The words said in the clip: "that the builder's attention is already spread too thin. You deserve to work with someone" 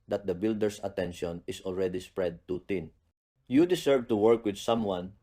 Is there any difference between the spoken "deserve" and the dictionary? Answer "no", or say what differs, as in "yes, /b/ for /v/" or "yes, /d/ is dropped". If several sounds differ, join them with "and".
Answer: yes, /s/ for /z/